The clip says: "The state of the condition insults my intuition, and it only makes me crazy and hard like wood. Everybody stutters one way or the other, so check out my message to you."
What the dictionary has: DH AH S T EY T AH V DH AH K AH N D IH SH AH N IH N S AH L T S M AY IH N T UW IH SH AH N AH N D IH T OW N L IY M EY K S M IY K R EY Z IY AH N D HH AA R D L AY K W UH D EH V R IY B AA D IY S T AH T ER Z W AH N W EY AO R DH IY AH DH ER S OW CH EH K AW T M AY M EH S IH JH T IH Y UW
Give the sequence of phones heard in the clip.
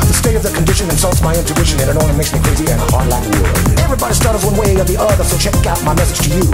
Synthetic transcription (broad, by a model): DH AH S T EY T AH V DH AH K AH N D IH SH AH N IH N S AH L T S M AY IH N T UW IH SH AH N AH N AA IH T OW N IY M EY K S M IY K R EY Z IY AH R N HH AA R D L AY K EH V R IY B AA D IY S T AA T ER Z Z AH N W EY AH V DH IY AH DH ER S OW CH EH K AW T M AY M EH S IH JH T IH Y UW